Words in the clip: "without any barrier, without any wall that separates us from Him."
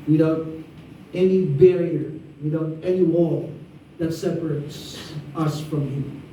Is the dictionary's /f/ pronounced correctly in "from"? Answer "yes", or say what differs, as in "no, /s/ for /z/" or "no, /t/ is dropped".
yes